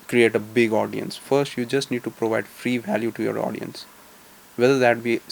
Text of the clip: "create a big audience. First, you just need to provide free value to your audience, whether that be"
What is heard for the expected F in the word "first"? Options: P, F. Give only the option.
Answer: F